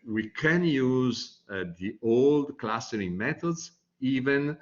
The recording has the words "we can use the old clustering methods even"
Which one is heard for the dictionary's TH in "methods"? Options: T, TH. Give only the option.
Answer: T